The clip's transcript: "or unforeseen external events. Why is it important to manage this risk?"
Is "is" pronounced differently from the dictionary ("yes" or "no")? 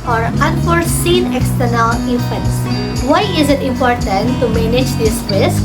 no